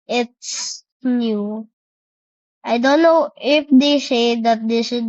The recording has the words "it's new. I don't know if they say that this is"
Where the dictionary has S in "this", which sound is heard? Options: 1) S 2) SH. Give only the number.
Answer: 2